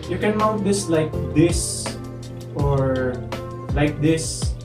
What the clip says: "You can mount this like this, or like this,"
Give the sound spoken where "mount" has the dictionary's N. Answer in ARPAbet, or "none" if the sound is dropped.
none